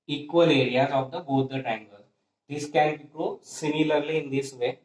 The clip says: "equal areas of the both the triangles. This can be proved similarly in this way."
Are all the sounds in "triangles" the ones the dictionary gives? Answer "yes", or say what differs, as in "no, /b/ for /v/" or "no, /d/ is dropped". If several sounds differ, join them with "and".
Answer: no, /ɹ/ is dropped